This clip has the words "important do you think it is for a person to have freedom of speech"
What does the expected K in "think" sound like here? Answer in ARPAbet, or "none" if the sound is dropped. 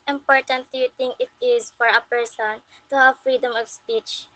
none